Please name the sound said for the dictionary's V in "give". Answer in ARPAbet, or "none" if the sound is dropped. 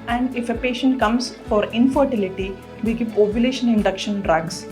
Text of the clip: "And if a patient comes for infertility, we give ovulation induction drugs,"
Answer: P